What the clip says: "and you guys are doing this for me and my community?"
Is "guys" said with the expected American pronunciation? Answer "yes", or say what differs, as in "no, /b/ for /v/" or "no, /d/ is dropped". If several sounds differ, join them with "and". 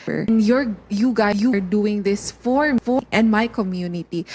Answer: no, /z/ is dropped